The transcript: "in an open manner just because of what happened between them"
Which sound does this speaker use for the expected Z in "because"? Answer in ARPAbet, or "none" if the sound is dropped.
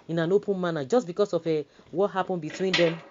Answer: S